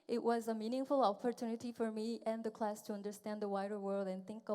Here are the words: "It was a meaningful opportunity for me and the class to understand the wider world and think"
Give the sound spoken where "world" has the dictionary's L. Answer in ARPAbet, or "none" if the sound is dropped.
L